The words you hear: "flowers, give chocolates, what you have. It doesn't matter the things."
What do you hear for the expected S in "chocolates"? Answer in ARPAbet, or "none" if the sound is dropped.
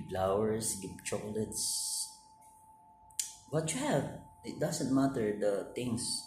S